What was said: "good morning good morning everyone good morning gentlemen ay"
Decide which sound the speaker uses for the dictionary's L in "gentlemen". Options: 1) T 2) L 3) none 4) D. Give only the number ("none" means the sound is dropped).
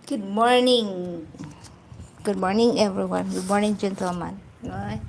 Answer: 3